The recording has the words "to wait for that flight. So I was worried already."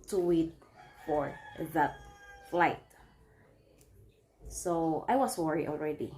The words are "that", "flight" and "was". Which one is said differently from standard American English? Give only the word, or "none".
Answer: was